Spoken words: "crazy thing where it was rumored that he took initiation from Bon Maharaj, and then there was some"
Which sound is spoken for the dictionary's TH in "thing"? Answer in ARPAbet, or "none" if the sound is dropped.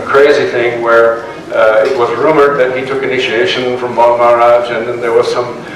TH